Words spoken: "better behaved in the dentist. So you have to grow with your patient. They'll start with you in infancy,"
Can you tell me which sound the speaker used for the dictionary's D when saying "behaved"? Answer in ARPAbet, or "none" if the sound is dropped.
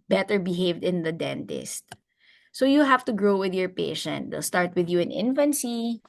D